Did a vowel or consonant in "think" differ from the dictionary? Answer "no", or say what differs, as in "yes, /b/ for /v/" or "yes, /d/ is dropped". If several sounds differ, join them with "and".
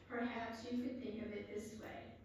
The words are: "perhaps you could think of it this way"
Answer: no